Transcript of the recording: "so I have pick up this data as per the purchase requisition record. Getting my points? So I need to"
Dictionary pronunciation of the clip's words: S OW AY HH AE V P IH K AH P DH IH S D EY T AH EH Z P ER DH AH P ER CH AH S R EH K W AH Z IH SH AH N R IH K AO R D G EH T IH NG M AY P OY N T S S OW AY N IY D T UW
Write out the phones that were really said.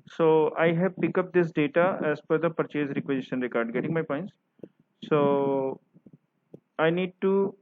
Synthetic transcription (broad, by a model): S OW AY HH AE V P IH K AH P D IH S D EY T AH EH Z F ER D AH P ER CH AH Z R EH K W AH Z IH SH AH N R IH K AO R D G EH T IH NG M AY P OY N T S S OW AY N IY D T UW